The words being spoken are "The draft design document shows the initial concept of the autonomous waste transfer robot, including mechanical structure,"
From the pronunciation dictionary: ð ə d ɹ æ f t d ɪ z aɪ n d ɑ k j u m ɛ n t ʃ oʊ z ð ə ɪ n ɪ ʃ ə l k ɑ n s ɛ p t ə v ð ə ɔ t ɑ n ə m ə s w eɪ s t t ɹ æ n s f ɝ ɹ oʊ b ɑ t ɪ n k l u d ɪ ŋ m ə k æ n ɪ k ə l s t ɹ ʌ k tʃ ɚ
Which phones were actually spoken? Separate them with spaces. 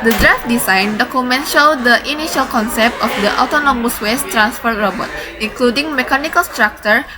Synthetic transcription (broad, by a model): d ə d ɹ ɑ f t d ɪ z aɪ n d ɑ k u m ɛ n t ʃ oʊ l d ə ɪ n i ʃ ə l k ɑ n s ɛ p t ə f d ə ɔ t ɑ n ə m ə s w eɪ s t t ɹ æ n s f ɝ ɹ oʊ b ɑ t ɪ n k l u d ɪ ŋ m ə k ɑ n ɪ k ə l s t ɹ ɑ k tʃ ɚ